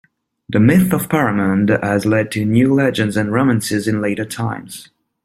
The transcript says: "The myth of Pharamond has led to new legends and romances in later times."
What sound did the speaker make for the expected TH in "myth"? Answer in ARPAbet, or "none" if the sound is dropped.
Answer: TH